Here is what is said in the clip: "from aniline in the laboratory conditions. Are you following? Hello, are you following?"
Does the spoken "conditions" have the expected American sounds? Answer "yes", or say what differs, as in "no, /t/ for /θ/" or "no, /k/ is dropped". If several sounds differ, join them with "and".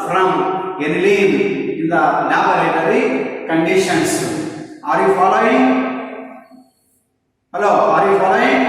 no, /s/ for /z/